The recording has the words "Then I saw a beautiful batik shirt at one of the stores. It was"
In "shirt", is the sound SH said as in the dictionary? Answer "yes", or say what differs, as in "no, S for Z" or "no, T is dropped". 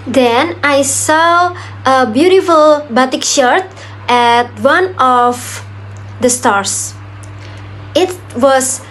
yes